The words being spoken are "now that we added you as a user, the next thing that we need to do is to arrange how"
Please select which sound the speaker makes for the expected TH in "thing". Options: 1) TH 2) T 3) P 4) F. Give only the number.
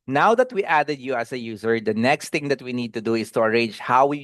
2